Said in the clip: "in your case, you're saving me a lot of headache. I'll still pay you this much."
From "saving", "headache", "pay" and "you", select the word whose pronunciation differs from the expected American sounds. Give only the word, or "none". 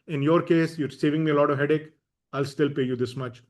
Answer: none